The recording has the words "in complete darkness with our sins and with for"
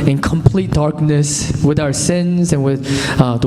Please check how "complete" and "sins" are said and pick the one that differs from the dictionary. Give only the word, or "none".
none